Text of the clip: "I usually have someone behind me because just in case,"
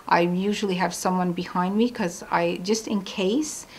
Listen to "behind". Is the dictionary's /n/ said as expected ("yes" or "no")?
yes